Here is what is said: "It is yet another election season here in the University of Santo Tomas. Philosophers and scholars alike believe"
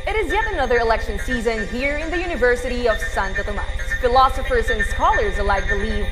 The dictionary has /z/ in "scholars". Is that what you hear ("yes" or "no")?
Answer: yes